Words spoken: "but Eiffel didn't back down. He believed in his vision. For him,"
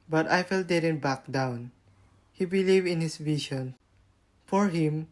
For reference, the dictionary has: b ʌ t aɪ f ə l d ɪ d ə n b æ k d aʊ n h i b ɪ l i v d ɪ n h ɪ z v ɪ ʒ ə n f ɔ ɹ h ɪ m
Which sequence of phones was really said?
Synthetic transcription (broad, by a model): b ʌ t aɪ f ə l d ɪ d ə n b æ k d aʊ n h i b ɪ l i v ɪ n h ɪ s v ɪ ʃ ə n f ɔ ɹ h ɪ m